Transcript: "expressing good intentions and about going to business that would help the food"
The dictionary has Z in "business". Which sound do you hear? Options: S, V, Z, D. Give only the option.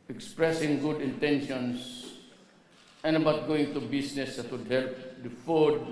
S